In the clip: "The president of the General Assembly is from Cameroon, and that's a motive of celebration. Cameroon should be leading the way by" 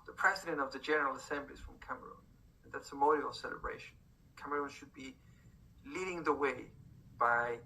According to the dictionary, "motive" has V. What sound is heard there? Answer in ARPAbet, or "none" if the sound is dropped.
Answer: none